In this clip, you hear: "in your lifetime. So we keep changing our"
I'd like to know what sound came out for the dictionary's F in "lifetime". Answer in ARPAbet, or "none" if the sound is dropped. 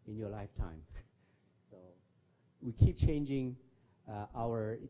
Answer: F